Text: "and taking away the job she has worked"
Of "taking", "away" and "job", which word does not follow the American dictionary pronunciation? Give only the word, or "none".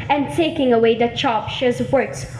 job